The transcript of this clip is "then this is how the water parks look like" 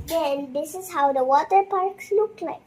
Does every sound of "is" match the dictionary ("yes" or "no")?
yes